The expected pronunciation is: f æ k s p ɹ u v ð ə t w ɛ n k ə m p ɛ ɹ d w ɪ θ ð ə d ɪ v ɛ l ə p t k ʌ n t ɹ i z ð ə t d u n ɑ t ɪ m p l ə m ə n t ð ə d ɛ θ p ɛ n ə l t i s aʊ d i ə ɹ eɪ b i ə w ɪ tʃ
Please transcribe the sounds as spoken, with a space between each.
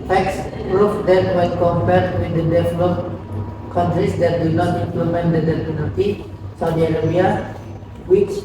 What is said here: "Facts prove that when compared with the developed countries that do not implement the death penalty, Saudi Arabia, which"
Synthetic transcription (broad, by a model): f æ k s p ɹ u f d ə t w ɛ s k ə m p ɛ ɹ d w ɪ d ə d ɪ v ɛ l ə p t k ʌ n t ɹ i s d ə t d u n ɑ t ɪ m p l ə m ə n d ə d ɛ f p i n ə t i s aʊ d i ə ɹ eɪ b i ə w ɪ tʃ